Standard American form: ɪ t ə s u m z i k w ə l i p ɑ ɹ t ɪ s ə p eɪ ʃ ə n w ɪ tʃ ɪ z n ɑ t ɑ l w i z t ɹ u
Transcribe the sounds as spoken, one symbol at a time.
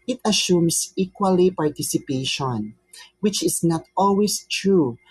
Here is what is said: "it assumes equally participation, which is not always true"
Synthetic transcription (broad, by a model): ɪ t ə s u m s i k w ə l i p ɑ ɹ t ɪ s ə p eɪ ʃ ə n w ɪ tʃ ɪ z n ɑ t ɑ l w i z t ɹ u